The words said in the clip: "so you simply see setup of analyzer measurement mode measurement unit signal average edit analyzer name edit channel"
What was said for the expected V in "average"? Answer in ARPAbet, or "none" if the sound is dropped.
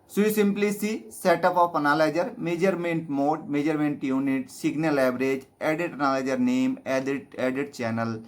B